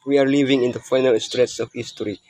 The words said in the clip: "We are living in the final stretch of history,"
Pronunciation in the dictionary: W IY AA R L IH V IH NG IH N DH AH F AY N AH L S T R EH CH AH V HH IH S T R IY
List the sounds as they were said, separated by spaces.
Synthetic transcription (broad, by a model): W IY AA R L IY V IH NG IH N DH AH F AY N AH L S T R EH S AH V HH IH S T R IY